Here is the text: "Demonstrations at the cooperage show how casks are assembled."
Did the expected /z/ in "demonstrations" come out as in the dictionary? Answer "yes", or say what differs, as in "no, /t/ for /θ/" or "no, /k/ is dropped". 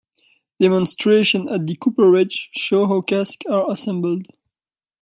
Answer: no, /z/ is dropped